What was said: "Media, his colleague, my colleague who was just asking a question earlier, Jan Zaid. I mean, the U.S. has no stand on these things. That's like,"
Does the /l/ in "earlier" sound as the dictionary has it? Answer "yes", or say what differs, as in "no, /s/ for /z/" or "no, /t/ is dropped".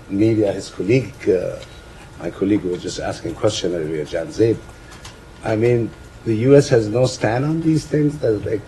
no, /l/ is dropped